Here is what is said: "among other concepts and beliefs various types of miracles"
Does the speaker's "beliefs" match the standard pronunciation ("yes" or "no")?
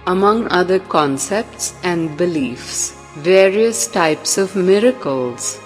yes